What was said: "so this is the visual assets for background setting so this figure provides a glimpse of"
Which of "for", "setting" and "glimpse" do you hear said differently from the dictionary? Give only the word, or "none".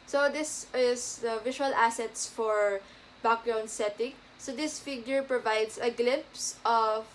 none